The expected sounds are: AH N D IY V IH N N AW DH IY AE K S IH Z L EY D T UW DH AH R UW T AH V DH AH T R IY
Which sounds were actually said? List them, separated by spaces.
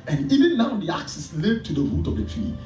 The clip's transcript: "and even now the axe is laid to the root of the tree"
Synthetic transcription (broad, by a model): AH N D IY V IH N N AW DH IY AE K S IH S L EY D T UW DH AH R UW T AH V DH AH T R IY